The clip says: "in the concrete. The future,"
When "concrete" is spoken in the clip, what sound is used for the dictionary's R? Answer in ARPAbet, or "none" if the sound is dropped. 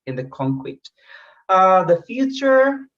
W